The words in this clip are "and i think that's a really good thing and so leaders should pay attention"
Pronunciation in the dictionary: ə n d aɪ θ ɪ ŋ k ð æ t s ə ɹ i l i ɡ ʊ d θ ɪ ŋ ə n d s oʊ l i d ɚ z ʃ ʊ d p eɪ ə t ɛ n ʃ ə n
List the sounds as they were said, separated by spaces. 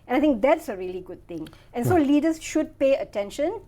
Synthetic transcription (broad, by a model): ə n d aɪ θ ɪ ŋ k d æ t s ə ɹ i l i ɡ ʊ d t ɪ ŋ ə n s oʊ l i d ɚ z ʃ ʊ d p eɪ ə t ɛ n ʃ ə n